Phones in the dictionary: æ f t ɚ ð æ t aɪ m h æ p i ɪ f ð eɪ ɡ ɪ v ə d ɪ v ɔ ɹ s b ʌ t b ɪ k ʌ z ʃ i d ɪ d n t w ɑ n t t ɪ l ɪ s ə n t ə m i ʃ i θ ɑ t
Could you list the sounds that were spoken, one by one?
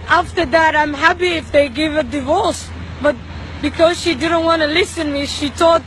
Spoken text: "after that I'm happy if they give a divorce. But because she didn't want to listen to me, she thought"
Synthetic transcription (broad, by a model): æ f t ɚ ð æ t aɪ m h æ p i ɪ f ð eɪ ɡ ɪ v ə d ɪ v ɔ ɹ s b ʌ t b ɪ k ʌ z ʃ i d ɪ d n t w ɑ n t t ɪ l ɪ s ə n m i ʃ i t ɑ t